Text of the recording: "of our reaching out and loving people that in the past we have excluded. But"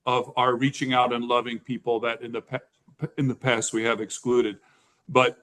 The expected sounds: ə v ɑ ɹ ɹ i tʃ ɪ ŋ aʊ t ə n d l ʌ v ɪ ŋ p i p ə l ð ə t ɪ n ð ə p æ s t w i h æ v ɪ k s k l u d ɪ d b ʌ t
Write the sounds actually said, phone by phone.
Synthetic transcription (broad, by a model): ə v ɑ ɹ ɹ i tʃ ɪ ŋ aʊ t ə n l ʌ v ɪ ŋ p i p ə n ð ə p ɪ n ð ə p æ s t w i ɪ v ɪ k s k l u d ɪ d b ʌ t